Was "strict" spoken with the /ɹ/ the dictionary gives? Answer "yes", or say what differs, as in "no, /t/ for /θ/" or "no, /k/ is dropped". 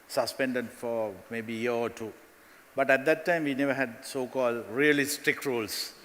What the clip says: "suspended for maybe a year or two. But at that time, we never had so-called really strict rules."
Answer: no, /ɹ/ is dropped